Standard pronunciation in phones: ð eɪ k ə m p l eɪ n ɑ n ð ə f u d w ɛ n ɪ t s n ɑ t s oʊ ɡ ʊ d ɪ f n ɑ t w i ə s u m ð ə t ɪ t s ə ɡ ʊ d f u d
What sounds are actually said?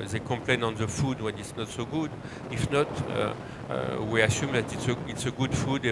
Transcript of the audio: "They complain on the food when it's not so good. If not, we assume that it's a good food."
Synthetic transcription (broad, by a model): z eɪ k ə p l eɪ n ɑ n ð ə f u d w ɛ n ɪ t s n ɑ t s oʊ ɡ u d ɪ f n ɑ t w i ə s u m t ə t ɪ t s ə ɡ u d f u d